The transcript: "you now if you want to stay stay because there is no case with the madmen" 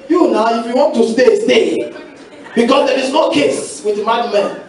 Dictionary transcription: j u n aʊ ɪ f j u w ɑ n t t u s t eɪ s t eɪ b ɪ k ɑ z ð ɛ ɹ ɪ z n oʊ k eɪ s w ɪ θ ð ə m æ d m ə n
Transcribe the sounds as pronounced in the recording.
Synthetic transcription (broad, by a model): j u n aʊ ɪ f j u w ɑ n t t u s t eɪ s t eɪ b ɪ k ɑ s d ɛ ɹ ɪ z n oʊ k eɪ s w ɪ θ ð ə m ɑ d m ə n